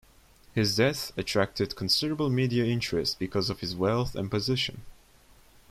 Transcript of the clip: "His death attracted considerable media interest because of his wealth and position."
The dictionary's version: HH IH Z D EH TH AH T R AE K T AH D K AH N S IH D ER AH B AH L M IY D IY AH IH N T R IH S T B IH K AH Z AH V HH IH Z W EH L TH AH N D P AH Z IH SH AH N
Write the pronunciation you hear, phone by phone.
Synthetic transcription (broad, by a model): HH IH Z D EH TH AH T R AE K T AH D K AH N S IH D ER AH B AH L M IY D IY AH IH N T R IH S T B IH K AH Z AH V HH IH Z W EH L TH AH N P AH Z IH SH AH N